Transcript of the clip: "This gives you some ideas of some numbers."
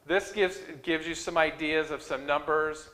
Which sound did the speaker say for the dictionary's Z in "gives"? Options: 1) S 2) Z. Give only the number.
2